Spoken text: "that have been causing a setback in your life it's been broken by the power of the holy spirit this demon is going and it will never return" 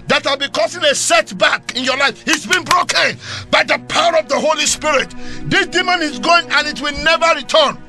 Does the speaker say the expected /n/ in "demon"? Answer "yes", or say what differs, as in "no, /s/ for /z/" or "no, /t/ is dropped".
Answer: yes